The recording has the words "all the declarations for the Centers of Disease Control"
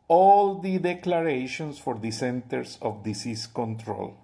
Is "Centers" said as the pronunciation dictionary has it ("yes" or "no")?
no